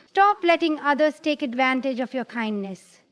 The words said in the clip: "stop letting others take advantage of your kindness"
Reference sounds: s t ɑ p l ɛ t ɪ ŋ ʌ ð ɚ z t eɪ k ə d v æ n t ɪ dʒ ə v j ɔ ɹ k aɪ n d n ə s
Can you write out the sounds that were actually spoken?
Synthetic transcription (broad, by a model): s t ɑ p l ɛ t ɪ ŋ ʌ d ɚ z t eɪ k ə d v æ n t ɪ dʒ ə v j ɔ ɹ k aɪ n d n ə s